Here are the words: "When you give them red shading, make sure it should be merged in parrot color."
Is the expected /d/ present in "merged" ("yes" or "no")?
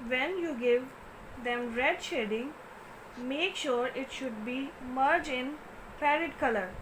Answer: no